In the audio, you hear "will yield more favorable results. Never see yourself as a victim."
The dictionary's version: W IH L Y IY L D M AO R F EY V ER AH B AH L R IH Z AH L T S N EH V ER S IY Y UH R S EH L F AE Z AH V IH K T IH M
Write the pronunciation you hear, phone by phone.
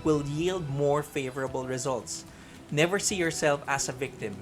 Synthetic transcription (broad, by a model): W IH L Y IY L D M AO R F EY V ER AH B AH L R IH Z AH L T S N EH V ER S IY Y UH R S EH L F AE S AH V IH K T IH M